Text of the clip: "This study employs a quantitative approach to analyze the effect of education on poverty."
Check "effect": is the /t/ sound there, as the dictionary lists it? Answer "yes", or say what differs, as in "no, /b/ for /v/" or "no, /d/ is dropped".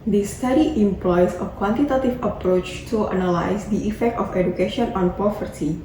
yes